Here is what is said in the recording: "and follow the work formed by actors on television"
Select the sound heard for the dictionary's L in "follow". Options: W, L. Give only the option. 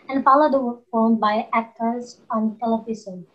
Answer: L